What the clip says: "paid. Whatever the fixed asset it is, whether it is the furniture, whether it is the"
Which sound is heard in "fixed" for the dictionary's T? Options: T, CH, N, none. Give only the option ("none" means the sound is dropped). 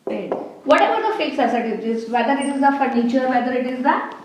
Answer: none